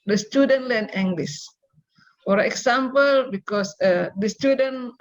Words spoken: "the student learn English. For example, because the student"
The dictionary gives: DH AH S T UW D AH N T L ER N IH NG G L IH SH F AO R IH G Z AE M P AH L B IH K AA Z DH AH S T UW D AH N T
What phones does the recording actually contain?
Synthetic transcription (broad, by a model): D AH S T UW D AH N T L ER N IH NG G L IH S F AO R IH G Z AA M P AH L B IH K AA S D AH S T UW D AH N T